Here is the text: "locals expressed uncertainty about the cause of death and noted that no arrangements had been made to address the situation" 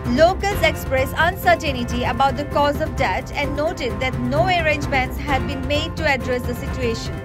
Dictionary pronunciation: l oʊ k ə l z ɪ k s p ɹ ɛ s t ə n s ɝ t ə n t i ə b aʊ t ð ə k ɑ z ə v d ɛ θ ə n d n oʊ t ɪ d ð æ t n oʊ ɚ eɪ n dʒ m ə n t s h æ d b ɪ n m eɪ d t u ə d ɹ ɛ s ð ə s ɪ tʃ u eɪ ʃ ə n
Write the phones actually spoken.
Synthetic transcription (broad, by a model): l oʊ k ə l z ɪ k s p ɹ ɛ s ə n s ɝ t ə n t i ə b aʊ t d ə k ɑ z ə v d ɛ t ə n d n oʊ t ɪ d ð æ t n oʊ ɚ eɪ n dʒ m ə n t s h æ d b ɪ n m eɪ d t u ə d ɹ ɛ s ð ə s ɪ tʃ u eɪ ʃ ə n